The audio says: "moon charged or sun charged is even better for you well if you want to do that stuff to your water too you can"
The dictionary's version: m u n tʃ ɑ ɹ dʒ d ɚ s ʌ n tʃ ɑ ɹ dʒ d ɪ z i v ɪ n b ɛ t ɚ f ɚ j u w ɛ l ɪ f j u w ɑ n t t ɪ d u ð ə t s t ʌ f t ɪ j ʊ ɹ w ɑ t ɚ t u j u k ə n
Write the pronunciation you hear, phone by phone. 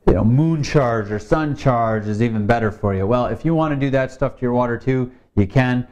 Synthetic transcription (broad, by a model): m u n tʃ ɑ ɹ dʒ ɚ s ʌ n tʃ ɑ ɹ dʒ ɪ z i v ɪ n b ɛ t ɚ f ɚ j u w ɛ l ɪ f j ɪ w ɑ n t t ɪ d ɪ ð ə t s t ʌ f t ɪ j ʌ ɹ w ɑ t ɚ t u j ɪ k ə n